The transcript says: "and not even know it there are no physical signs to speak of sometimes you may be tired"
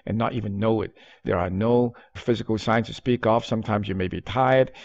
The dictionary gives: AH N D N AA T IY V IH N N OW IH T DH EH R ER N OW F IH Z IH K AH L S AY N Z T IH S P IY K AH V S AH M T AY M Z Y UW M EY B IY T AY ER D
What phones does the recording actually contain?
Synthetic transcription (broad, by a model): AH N N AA T IY V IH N N OW IH T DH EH R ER N OW F IH Z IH K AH L S AY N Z T IH S P IY K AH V S AH M T AY M Z Y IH M EY B IY T AY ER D